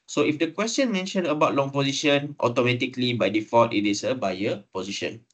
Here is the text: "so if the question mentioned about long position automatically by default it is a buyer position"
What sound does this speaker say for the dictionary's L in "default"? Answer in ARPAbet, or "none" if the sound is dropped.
none